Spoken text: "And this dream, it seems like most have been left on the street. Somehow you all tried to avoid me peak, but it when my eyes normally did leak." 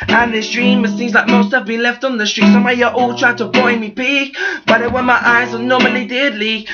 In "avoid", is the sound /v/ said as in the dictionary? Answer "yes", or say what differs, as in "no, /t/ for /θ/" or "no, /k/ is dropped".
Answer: no, /b/ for /v/